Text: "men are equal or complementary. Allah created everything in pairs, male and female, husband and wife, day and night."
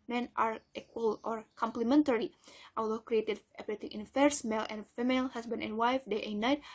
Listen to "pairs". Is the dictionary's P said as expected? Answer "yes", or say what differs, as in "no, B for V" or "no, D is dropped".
no, F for P